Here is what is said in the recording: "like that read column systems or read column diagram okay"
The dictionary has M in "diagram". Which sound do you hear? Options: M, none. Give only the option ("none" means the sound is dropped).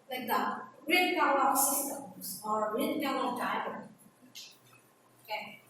none